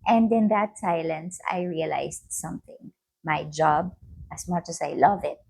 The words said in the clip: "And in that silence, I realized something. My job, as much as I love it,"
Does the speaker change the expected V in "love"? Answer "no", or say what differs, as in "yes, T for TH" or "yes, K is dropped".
no